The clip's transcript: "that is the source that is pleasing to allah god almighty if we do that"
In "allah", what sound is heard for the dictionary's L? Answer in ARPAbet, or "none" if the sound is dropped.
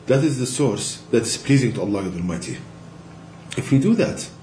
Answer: L